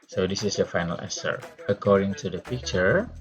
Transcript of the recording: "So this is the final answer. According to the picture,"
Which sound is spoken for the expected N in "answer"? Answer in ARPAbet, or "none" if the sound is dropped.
none